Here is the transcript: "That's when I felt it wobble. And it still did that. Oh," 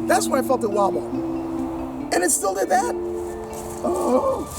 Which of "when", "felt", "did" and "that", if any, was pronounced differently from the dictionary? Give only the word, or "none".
when